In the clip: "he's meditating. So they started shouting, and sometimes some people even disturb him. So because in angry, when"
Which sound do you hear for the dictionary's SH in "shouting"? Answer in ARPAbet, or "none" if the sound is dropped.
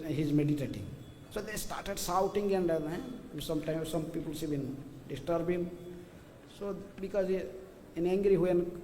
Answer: S